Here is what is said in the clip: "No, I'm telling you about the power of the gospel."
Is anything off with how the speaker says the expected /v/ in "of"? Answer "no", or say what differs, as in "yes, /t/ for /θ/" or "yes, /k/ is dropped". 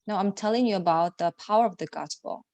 no